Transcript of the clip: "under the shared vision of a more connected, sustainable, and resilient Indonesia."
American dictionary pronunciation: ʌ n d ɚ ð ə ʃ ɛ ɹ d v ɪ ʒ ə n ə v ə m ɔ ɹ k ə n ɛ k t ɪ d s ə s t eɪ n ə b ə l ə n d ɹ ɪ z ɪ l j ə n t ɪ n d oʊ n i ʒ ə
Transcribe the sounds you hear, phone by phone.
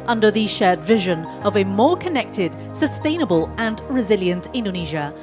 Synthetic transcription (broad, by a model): ʌ n d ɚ ð ə ʃ ɛ d v ɪ ʒ ə n ə v ə m ɔ k ə n ɛ k t ɪ d s ə s t eɪ n ə b ə l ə n ɹ ɪ z ɪ l j ə n t ɪ n d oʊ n i ʒ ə